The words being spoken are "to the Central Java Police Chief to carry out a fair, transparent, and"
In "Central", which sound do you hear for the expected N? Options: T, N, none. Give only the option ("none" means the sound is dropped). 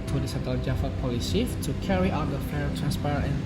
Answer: none